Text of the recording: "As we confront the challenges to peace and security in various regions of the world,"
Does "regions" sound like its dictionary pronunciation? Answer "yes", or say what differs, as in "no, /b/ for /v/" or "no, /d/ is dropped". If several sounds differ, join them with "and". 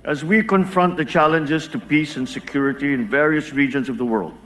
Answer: yes